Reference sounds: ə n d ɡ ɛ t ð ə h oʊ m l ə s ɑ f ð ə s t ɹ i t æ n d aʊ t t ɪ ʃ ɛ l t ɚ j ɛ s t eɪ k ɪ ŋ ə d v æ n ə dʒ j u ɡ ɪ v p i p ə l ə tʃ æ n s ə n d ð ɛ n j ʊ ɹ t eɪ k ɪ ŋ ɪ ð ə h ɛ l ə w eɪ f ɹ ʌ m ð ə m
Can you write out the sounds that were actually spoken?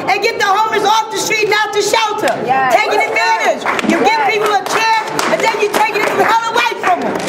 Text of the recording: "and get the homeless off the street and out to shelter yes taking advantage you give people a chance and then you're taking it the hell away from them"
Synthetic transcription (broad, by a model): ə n ɡ ɛ t ð ə h oʊ m ə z ɑ f ð ə s t ɹ i t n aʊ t t ɪ ʃ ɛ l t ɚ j t eɪ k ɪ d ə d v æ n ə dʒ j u ɡ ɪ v p i p l ə tʃ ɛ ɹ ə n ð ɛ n j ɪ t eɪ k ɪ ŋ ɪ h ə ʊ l ə w eɪ f ɹ ʌ m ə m